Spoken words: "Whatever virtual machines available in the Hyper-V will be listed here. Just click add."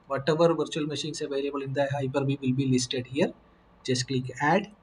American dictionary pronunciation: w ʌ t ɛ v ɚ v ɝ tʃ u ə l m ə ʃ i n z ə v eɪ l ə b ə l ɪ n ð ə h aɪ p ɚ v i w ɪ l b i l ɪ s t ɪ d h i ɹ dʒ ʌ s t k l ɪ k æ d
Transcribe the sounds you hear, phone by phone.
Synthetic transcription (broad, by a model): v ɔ t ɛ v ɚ v ɝ tʃ u ə l m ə ʃ i n s ə v eɪ l ə b ə l ɪ n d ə h aɪ p ɚ b i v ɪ l b i l ɪ s t ɪ d h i ɹ dʒ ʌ s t k l ɪ k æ d